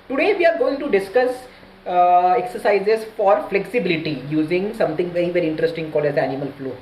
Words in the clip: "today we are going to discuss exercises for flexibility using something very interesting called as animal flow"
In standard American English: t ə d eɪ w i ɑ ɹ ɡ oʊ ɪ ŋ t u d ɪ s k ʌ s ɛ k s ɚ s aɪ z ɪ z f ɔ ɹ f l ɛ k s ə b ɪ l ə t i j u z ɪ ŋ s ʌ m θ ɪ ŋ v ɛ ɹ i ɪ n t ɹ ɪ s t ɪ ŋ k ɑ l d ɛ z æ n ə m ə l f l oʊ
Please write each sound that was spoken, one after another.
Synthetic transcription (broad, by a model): t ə d eɪ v i ɑ ɹ ɡ oʊ ɪ ŋ t u d ɪ s k ʌ s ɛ k s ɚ s aɪ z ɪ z f ɔ ɹ f l ɛ k s ə b ɪ l ə t i j u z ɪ ŋ s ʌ m t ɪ ŋ v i ɹ i ɪ n t ɹ ɪ s t ɪ ŋ k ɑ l ɛ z æ n ə m ə l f l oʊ